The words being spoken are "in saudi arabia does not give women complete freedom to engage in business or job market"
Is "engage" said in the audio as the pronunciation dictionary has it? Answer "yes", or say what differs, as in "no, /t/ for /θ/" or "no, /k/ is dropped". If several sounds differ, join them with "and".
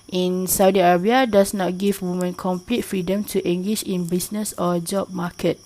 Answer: no, /ʃ/ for /dʒ/